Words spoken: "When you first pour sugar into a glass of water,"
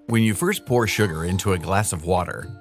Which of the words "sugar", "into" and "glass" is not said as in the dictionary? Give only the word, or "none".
none